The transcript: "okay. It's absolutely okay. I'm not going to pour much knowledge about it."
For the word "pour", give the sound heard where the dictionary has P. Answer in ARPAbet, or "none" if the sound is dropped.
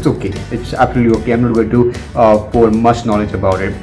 F